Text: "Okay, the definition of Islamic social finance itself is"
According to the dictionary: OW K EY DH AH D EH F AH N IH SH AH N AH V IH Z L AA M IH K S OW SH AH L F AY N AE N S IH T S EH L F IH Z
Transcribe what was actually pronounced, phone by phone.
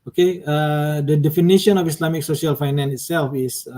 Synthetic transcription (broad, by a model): OW K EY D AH D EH F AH N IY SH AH N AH F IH S L AA M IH K S OW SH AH L F AY N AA N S IH T S EH L F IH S